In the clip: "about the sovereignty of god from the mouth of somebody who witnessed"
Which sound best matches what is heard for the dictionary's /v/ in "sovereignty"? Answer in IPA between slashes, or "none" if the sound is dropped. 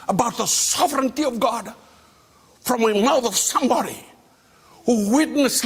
/v/